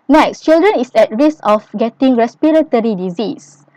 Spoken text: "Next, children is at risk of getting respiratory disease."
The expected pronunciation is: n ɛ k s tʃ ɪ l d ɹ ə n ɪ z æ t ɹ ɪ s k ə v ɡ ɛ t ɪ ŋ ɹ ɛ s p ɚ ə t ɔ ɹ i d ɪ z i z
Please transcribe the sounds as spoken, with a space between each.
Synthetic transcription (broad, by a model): n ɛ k s tʃ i l d ɹ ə n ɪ s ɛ t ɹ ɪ s ə f ɡ ɛ t ɪ ŋ ɹ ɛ s p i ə t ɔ ɹ i d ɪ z i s